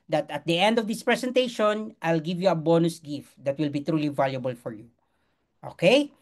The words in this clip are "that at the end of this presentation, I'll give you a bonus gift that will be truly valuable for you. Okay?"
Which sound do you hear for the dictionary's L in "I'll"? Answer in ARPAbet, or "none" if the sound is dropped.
L